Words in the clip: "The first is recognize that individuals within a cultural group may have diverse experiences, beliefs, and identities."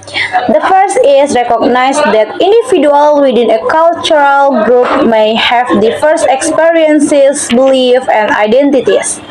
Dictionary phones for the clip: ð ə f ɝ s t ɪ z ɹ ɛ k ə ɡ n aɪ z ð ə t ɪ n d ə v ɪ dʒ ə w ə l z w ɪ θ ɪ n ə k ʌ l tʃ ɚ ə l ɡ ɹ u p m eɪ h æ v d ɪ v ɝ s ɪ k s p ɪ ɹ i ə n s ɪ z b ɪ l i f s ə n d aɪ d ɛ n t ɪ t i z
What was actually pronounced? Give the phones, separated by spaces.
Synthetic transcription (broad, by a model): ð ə f ɝ s t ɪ s ɹ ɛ k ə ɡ n aɪ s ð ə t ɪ n d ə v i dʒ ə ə l w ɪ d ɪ n ə k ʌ l tʃ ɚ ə l ɡ ɹ u p m eɪ h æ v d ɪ f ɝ s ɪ k s p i ɹ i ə n s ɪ s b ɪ l i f ə n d aɪ d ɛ n t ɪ t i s